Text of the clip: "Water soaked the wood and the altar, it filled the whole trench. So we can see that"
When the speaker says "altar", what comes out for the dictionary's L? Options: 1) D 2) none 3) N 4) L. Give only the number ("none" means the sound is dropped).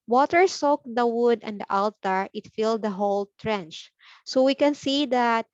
4